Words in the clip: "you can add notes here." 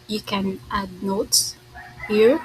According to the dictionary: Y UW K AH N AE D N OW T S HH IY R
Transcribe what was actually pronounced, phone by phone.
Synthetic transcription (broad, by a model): Y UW K AH N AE D N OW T HH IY R